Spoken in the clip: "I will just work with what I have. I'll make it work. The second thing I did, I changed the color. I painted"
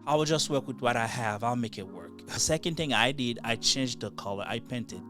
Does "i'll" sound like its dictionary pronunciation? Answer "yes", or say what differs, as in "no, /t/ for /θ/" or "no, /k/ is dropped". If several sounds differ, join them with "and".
yes